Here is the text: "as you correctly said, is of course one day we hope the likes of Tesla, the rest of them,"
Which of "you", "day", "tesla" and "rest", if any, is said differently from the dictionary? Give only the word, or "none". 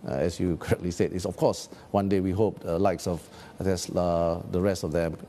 tesla